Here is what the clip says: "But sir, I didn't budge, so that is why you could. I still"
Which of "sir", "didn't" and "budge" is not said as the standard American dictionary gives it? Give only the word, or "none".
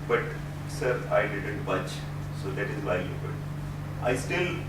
budge